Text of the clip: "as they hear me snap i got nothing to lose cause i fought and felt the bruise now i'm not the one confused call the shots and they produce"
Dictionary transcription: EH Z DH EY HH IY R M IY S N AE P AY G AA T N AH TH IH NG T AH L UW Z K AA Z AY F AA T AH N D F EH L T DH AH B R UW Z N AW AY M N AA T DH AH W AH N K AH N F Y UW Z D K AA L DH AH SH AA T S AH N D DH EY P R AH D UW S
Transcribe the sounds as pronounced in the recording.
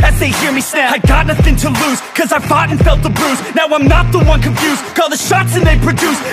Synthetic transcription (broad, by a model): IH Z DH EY HH IY R M IY S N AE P AY G AA T N AH TH IH NG T AH L UW Z K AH Z AY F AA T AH N F EH L T DH AH B R UW Z N AW AY M N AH T DH AH W AH N K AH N F Y UW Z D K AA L DH AH SH AA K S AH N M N P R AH D UW S